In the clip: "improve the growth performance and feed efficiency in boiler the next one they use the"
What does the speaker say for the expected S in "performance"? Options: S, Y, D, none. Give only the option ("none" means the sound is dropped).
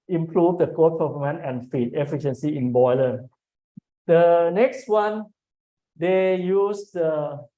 none